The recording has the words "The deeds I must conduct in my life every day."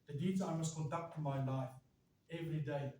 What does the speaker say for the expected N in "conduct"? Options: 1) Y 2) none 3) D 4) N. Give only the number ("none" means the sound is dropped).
2